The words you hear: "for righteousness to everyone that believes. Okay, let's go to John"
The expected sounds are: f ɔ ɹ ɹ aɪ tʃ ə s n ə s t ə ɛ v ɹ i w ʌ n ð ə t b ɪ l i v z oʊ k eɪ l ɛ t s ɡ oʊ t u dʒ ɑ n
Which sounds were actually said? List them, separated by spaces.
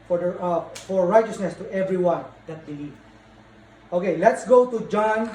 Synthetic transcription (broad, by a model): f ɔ ɹ ɹ aɪ tʃ ə s n ə s t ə ɛ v ɹ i w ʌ n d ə t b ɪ l i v oʊ k eɪ l ɛ t s ɡ oʊ t u dʒ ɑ n